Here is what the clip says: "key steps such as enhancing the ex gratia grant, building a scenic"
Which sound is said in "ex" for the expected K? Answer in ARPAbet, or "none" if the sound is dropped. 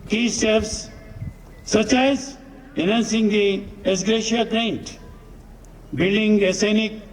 none